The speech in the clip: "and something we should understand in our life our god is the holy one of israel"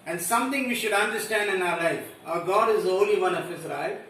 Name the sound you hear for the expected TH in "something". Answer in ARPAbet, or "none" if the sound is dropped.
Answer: T